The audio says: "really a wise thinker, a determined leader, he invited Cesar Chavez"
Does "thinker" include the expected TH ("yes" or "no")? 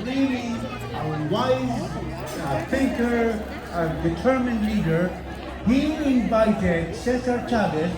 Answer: no